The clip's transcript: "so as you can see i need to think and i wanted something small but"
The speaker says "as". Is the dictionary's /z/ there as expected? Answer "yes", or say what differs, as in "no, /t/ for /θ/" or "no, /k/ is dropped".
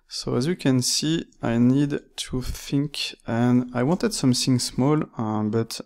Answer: yes